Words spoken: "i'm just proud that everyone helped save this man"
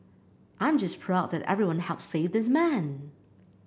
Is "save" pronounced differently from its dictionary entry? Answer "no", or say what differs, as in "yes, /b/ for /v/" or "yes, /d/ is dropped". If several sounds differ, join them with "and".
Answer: no